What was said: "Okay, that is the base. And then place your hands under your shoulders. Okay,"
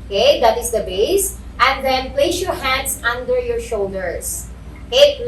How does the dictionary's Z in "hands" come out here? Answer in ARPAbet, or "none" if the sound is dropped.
S